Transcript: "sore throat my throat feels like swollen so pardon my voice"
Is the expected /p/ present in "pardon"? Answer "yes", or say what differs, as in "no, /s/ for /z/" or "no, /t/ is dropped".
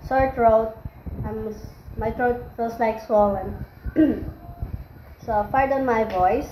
no, /f/ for /p/